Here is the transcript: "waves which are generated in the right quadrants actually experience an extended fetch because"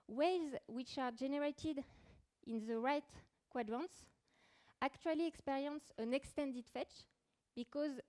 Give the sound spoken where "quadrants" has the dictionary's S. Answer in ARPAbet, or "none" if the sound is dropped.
S